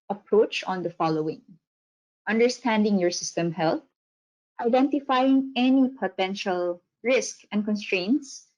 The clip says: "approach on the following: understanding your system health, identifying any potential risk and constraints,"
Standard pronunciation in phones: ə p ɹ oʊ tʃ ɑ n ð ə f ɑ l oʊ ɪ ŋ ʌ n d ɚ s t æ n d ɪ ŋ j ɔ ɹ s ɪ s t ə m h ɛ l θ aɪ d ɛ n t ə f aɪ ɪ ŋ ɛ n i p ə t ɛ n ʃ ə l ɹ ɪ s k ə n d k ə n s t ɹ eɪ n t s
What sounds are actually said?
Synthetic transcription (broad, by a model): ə p ɹ oʊ tʃ ɑ n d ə f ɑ l oʊ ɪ ŋ ʌ n d ɚ s t æ n d ɪ ŋ j ɔ ɹ s ɪ s t ə m h ɛ l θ aɪ d ɛ n t ə f aɪ ɪ ŋ ɛ n i p ə t ɛ n ʃ ə l ɹ ɪ s k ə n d k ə n s t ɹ eɪ n t s